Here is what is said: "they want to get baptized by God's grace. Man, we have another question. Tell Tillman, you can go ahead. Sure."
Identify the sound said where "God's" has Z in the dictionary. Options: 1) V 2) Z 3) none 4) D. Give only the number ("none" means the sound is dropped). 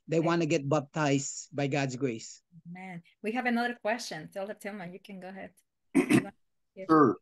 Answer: 2